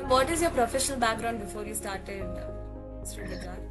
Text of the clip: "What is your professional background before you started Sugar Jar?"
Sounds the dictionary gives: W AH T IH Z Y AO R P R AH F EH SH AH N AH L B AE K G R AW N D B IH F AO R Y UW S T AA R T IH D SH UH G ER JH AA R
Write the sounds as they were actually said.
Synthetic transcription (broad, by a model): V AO T IH Z Y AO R P R AH F EH SH AH N AH L B AE K G R AW N D B IH F AO R Y UW S T AA R T IH D S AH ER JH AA